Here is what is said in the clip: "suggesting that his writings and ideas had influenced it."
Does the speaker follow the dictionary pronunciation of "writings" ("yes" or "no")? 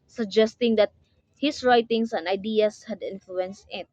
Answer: no